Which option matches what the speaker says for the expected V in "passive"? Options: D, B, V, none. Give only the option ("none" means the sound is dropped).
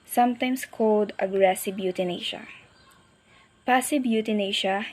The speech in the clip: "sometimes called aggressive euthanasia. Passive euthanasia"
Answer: B